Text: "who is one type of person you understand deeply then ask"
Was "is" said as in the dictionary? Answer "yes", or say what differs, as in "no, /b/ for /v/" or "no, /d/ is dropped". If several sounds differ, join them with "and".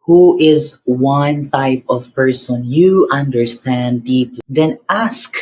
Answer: yes